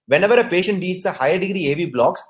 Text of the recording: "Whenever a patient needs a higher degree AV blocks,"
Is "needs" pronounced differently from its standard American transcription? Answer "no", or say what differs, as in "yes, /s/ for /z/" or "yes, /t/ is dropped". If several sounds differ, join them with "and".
yes, /l/ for /n/ and /s/ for /z/